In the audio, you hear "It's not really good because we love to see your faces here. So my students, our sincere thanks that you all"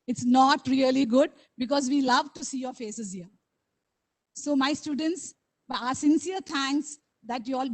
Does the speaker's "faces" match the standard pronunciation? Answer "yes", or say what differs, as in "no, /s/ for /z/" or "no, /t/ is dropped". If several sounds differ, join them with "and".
yes